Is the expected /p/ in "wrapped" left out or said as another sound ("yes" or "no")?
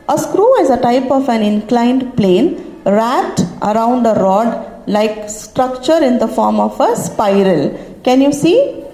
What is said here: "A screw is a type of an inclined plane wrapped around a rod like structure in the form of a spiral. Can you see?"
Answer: yes